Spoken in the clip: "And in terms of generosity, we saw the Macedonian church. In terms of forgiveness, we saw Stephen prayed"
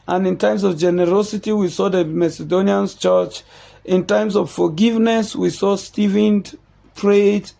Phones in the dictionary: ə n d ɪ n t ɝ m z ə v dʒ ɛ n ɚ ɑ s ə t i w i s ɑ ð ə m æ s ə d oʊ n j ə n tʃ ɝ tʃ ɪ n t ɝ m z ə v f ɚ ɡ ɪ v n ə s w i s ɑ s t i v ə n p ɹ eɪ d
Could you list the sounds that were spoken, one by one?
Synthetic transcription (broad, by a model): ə n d ɪ n t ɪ m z ə v dʒ ɛ n ɚ ɑ s ə t i w i s ɑ ð ə m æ s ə d oʊ n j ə n tʃ ɝ tʃ ɪ n t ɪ m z ə v f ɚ ɡ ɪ v n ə s w i s ɑ s t i v ə n p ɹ eɪ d